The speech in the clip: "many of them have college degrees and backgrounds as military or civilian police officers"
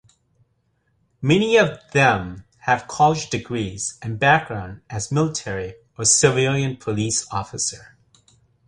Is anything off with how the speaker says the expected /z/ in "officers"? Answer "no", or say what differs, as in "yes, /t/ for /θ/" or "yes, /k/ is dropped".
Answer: yes, /z/ is dropped